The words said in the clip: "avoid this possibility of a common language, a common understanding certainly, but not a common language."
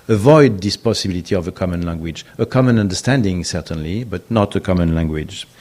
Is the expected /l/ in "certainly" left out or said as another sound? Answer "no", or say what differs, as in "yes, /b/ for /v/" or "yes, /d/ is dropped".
no